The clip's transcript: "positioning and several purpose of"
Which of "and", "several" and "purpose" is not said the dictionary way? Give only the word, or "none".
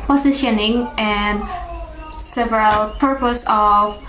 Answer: none